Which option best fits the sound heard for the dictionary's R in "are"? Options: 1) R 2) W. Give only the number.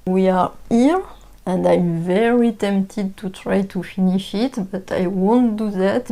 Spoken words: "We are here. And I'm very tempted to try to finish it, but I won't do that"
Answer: 1